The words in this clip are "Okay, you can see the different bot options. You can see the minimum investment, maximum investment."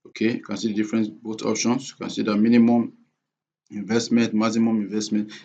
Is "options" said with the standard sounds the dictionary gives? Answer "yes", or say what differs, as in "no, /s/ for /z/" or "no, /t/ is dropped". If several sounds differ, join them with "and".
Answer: no, /s/ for /z/